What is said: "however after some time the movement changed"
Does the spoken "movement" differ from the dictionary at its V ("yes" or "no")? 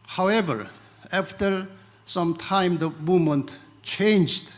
yes